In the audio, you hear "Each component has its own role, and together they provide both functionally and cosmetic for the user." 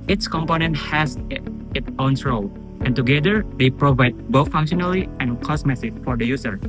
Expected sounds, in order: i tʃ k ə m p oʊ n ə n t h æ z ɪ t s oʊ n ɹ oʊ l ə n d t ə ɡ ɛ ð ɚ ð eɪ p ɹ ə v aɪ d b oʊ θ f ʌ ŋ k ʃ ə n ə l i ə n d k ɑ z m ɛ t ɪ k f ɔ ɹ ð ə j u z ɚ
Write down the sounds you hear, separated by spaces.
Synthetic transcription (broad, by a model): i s k ə m p oʊ n ə n t h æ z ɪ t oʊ n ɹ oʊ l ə n t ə ɡ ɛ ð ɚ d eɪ p ɹ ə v aɪ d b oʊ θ f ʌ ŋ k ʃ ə n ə l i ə n k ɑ s m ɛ s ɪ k f ɔ ɹ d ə j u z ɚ